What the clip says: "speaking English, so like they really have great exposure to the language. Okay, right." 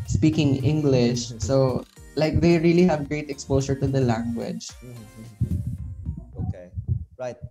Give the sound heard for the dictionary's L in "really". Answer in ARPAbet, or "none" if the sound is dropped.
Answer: L